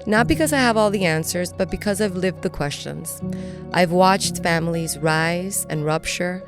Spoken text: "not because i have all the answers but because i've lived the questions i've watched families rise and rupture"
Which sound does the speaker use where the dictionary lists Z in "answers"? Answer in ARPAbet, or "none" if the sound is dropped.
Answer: Z